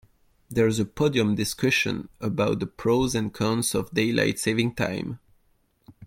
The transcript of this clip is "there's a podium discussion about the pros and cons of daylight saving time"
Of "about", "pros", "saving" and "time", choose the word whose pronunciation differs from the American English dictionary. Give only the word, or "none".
none